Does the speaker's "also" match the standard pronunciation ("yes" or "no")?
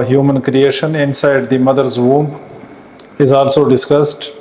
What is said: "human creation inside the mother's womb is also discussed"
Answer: yes